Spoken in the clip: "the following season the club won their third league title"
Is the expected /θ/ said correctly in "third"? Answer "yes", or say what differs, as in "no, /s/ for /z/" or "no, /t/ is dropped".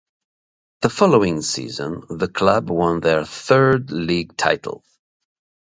yes